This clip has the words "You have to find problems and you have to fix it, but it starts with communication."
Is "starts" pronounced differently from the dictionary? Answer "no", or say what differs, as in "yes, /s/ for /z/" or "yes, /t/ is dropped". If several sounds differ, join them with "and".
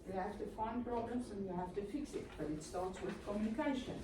yes, /l/ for /ɹ/